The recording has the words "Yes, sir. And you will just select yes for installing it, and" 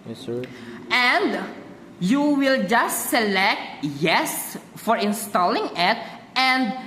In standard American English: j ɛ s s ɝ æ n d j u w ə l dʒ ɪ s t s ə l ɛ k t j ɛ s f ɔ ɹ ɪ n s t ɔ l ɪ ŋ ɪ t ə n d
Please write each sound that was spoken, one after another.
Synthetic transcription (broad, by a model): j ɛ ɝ n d j u w ə l dʒ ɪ s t s ə l ɛ k t j ɛ s f ɔ ɹ ɪ n s t ɔ l ɪ ŋ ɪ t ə n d